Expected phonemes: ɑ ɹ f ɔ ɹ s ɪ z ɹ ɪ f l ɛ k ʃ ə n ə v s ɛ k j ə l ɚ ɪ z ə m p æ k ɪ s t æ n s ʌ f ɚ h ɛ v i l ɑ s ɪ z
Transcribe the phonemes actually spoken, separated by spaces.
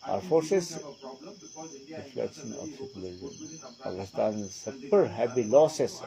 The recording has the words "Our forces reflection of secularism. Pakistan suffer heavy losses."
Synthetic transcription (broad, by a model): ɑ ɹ f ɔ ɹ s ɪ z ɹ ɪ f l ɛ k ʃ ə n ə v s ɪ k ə l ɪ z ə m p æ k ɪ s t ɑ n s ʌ p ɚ h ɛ b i l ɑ s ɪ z